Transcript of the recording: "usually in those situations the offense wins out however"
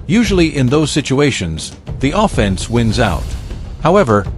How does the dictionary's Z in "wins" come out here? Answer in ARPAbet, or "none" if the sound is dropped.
Z